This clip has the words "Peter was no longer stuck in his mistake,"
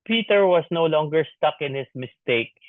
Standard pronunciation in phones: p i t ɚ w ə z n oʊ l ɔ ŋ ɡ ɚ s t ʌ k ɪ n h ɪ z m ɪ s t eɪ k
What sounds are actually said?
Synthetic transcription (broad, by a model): p i t ɚ w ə s n oʊ l ɔ ŋ ɡ ɚ s t ʌ k ɪ n h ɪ s m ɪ s t eɪ k